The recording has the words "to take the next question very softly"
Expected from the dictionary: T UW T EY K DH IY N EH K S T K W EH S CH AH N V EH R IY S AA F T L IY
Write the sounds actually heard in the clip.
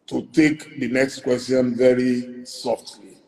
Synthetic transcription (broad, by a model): T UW T EY K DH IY N EH K S T K W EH S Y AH N V EH R IY S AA F T L IY